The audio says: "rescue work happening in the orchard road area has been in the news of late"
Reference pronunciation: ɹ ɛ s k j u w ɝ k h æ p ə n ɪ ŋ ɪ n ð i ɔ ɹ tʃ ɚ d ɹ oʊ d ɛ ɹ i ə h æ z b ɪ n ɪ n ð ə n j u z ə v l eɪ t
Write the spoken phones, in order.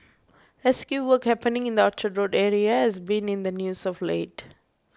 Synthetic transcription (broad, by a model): ɹ ɛ s k j u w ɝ k h æ p ə n ɪ ŋ ɪ n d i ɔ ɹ tʃ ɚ d ɹ oʊ d ɛ ɹ i ə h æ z b ɪ n ɪ n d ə n j u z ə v l eɪ t